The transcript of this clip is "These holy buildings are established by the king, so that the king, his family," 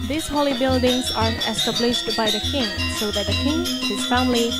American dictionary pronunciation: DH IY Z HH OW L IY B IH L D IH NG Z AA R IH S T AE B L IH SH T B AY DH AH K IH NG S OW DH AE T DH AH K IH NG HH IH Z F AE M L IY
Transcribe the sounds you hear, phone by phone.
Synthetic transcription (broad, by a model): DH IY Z HH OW L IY B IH L D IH NG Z AA R IH S T AE B L IH SH T B AY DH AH K IH NG S OW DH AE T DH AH K IH NG HH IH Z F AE M L IY